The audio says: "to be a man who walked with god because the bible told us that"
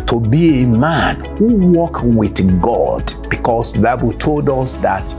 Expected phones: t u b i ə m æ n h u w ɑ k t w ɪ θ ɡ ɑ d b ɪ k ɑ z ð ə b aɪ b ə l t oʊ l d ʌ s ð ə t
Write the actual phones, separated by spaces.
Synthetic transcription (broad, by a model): t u b i ə m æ n h u w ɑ k w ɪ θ ɡ ɑ d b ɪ k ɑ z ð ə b aɪ b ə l t oʊ l d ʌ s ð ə t